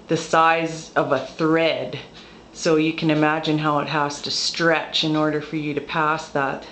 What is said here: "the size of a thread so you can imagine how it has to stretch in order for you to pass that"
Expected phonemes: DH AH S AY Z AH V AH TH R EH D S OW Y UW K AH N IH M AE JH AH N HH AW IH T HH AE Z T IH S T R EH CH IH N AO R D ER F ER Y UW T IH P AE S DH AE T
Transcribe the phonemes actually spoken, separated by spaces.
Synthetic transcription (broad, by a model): DH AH S AY Z AH V AH TH R EH D S OW Y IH K AH N IH M AE JH AH N HH AW IH T HH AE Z T IH S T R EH CH IH N AO R D ER F ER Y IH T IH P AE S DH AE T